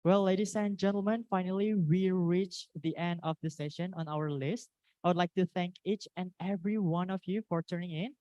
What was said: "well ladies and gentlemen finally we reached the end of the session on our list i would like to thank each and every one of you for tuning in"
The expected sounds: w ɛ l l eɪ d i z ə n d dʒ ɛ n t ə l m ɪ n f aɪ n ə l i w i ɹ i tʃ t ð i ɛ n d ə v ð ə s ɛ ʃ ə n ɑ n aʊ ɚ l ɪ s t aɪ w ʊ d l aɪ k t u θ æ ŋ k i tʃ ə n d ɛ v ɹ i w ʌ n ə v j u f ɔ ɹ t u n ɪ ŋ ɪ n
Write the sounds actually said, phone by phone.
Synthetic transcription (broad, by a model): w ɛ l l eɪ d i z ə n dʒ ɛ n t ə l m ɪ n f aɪ n ə l i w i ɹ i tʃ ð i ɛ n d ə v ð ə s ɛ ʃ ə n ɑ n aʊ ɚ l ɪ s t aɪ w ʊ d l aɪ k t u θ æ ŋ k i tʃ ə n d ɛ v ɹ i w ʌ n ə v j u f ɔ ɹ t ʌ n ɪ ŋ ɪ n